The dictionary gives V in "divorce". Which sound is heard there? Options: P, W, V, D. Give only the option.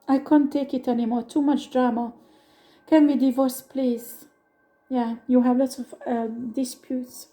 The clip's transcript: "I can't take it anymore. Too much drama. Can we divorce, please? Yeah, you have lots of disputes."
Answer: V